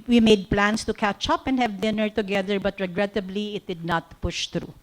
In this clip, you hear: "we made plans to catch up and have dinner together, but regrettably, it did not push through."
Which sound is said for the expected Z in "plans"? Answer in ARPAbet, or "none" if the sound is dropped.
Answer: S